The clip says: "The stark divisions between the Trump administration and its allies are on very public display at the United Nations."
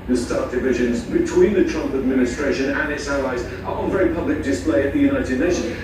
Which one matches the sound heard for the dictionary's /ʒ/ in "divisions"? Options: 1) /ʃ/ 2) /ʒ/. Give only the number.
2